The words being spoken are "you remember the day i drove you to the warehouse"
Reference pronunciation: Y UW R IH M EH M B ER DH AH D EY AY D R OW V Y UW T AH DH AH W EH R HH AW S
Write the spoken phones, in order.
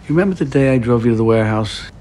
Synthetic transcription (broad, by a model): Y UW R IH M EH M B ER DH AH D EY AY D R OW V Y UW T AH DH AH W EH R HH AW S